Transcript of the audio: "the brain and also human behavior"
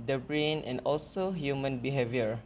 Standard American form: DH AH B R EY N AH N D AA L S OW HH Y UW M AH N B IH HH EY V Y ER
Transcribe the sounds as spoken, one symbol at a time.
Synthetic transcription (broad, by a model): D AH B R EY N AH N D AA L S OW HH Y UW M AH N B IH HH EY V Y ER